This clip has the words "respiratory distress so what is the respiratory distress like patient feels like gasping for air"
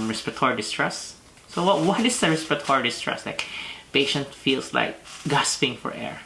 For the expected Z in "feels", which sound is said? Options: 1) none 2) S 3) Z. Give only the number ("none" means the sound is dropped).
2